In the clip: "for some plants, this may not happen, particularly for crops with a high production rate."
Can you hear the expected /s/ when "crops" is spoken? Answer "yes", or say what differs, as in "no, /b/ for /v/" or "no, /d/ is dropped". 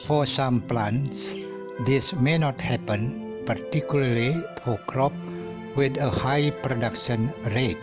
no, /s/ is dropped